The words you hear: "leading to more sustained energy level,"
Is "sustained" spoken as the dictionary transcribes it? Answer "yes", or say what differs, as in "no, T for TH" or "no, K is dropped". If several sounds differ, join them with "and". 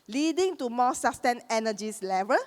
no, D is dropped